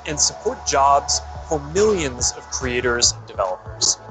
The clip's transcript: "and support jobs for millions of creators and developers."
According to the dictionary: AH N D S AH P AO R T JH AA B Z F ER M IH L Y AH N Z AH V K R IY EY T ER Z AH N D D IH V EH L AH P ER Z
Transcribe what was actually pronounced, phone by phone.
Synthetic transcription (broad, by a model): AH N S AH P AO R T JH AA B Z F ER M IH L Y AH N Z AH V K R IY EY T ER Z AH N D D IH V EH L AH P ER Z